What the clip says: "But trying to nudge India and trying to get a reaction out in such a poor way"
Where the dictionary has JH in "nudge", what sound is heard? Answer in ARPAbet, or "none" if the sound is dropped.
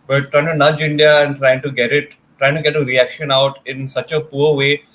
JH